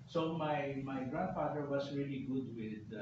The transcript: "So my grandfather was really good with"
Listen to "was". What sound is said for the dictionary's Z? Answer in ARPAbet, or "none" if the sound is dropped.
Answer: S